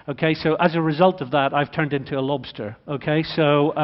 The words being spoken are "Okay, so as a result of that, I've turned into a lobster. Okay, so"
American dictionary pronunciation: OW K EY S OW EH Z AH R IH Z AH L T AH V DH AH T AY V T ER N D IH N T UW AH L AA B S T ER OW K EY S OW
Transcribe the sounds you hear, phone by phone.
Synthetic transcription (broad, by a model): OW K EY S OW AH Z AH R IH Z AH L T AH V DH AH T AY V T ER N D IH N T UW AH L AA B S T ER OW K EY S OW